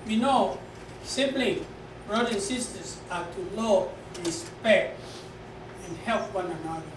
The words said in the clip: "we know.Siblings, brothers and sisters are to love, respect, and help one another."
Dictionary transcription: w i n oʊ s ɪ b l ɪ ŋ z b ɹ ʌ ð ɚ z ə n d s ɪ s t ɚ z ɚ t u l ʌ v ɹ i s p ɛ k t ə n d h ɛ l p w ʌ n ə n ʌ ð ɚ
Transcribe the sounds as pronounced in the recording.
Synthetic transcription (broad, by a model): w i n oʊ s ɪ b l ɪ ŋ b ɹ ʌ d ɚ ə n s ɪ s t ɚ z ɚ t u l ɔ ɹ i s p ɛ k t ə n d h ɛ l p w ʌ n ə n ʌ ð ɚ